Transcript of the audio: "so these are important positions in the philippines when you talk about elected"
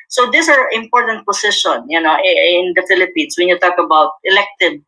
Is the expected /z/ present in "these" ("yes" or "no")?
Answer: no